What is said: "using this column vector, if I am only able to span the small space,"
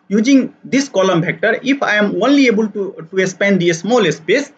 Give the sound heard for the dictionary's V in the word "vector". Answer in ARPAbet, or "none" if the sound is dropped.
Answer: P